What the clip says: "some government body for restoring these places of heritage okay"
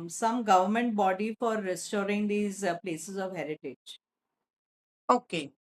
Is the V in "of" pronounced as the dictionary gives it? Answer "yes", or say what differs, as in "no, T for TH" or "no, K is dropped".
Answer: yes